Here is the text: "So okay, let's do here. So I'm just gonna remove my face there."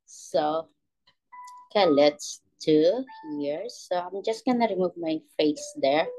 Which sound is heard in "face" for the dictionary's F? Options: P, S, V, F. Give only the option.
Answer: F